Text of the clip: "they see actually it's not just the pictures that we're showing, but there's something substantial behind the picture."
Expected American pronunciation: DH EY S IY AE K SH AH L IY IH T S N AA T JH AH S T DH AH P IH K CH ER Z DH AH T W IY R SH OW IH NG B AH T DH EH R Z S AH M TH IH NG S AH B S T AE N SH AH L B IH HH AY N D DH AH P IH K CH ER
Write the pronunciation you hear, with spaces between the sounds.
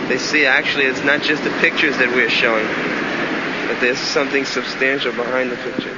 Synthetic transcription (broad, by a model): DH EY S IY AE K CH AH L IY IH T S N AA T JH AH S T DH AH P IH K CH ER Z DH AH T W IY R SH OW IH NG B AH T DH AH R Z S AH M TH IH NG S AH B S T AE N SH L B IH HH AY N DH AH P IH K CH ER